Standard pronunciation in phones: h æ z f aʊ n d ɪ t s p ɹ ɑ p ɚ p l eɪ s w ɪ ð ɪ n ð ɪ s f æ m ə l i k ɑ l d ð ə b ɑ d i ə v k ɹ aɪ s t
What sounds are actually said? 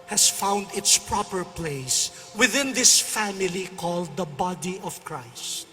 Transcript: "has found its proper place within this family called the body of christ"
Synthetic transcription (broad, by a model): h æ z f aʊ n d ɪ t s p ɹ ɑ p ɚ p l eɪ s w ɪ ð ɪ n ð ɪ s f æ m ə l i k ɑ l d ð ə b ɑ d i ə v k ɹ aɪ s t